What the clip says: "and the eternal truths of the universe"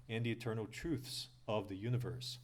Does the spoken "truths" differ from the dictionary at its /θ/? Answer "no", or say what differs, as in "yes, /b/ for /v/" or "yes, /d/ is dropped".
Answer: no